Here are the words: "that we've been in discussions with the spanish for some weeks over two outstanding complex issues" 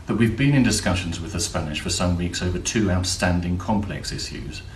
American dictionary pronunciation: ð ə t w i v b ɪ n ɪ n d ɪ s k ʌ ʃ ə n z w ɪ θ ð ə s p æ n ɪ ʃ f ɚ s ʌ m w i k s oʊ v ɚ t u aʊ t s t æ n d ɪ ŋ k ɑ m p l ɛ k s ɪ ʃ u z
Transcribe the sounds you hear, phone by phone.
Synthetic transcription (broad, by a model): ð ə t w i v b ɪ n ɪ n d ɪ s k ʌ ʃ ə n z w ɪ ð ə s p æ n ɪ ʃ f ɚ s ʌ m w i k s oʊ v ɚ t u aʊ t s t æ n d ɪ ŋ k ɑ m p l ɛ k s ɪ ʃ u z